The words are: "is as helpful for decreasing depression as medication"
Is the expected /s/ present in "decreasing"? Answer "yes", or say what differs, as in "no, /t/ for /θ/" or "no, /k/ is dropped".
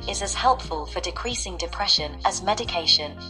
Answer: yes